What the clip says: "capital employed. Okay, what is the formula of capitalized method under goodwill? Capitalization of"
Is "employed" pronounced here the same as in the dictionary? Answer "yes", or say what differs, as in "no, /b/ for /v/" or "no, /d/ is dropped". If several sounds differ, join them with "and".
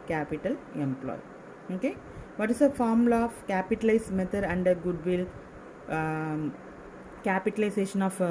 no, /d/ is dropped